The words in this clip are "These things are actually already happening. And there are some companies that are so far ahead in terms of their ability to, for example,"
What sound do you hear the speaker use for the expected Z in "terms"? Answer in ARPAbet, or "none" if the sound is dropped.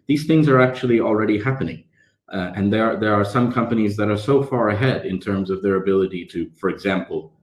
Z